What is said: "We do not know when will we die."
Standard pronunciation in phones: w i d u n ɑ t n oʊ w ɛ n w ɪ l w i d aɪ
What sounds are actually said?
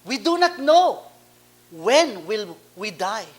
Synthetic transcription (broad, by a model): w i d u n ɑ t n oʊ w ɛ n w ɪ l w i d aɪ